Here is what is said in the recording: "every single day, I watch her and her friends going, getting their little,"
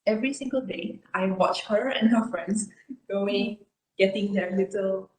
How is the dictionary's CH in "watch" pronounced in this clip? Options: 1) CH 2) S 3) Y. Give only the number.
1